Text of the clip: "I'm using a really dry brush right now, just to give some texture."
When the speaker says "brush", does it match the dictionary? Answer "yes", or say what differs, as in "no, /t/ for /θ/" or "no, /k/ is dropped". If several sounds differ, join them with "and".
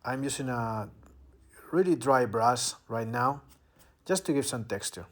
no, /s/ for /ʃ/